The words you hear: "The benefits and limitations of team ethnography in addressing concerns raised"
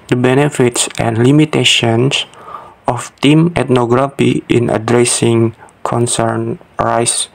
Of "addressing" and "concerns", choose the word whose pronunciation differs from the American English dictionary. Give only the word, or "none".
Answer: concerns